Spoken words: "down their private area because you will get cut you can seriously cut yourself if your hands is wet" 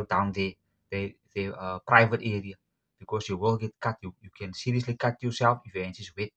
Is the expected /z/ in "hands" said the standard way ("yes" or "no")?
no